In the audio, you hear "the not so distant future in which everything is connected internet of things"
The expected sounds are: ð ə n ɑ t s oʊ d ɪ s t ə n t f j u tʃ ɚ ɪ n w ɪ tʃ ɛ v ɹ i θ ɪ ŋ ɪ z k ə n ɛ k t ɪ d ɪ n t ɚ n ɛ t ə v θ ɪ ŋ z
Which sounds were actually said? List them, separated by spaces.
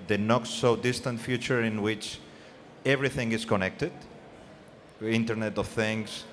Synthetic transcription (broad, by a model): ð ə n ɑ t s oʊ d ɪ s t ə n t f j u tʃ ɚ ɪ n w ɪ tʃ ɛ v ɹ i θ ɪ ŋ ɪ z k ə n ɛ k t ɪ d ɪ n t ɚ n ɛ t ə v θ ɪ ŋ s